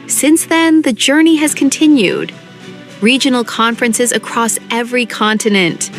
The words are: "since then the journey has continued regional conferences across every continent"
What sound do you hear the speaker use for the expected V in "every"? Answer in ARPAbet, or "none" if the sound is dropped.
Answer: V